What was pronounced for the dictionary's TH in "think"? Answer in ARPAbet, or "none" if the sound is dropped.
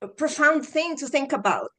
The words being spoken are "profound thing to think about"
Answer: TH